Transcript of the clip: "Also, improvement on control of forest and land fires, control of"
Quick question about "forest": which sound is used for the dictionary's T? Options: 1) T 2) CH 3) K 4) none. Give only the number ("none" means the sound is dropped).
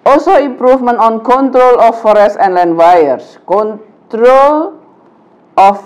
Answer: 4